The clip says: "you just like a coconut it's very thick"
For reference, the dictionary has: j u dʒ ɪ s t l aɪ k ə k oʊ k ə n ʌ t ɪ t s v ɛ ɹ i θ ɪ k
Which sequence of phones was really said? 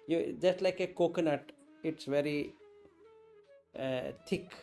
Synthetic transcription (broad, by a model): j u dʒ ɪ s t l aɪ k ə k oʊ k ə n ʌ t ɪ t s v ɛ ɹ i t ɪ k